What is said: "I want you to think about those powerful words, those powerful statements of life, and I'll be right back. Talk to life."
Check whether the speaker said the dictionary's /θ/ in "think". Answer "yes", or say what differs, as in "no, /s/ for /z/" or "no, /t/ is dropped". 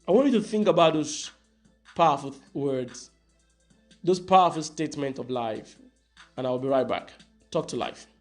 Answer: yes